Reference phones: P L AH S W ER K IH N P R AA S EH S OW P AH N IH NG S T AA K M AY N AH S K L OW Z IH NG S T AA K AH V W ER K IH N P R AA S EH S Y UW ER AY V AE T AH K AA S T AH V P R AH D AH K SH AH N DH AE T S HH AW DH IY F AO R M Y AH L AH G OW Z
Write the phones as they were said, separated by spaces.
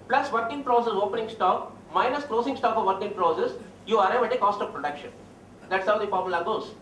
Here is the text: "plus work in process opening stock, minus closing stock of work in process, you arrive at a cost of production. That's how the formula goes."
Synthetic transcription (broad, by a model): P L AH S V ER K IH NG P R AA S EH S OW P AH N IH NG S T AA K M AY N AH S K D OW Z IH NG S T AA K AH V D K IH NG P R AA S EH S Y UW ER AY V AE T AH K AA S T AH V P R AH D AH K SH AH N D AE T S HH AW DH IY P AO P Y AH L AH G OW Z